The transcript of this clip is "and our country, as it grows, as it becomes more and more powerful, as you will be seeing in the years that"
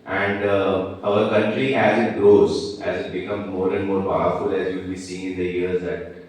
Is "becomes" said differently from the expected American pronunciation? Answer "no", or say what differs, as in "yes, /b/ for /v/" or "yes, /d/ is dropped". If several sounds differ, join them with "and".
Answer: yes, /z/ is dropped